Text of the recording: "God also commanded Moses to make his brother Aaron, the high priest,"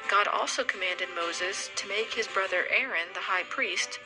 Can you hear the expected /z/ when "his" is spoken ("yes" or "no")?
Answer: yes